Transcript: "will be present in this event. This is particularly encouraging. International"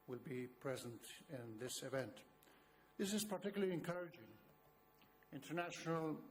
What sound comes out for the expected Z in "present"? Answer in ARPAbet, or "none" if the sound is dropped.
Z